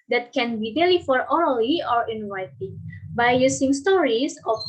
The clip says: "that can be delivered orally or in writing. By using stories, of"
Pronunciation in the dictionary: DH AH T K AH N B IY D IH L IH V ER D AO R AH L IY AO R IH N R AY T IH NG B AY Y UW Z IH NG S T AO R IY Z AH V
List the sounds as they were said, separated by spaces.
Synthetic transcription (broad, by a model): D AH T K AH N B IY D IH L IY F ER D AO R AH L IY AO R IH N W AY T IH B AY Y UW S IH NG S T AO R IY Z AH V